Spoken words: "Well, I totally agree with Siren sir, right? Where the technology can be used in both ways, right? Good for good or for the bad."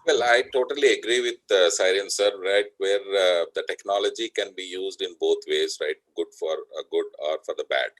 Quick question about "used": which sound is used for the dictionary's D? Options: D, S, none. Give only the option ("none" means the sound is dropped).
D